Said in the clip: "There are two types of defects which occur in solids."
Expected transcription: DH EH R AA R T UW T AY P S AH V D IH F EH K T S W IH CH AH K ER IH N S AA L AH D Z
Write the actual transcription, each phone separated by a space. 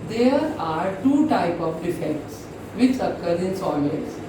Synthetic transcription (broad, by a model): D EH R AA R T UW T AY P AH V D IH F EH K T S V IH CH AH K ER IH N S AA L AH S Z